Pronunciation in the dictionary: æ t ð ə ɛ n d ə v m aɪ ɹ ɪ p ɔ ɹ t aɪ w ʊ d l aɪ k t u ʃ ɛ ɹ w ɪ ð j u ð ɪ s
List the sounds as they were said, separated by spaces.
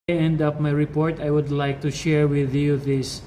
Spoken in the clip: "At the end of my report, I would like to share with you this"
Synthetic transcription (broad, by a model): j ɛ n d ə p m aɪ ɹ ɪ p ɔ ɹ t aɪ w ʊ d l aɪ k t u ʃ ɛ ɹ w ɪ ð j u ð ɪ s